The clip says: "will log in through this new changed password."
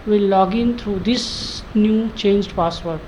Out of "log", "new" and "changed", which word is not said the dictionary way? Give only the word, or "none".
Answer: none